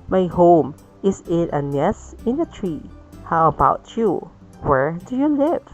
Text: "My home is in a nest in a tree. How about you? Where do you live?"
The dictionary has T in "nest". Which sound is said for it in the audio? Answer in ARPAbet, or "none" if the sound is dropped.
none